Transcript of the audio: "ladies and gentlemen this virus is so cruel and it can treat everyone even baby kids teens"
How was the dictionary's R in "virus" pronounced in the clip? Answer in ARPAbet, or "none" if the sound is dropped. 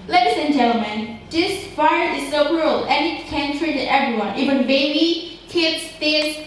none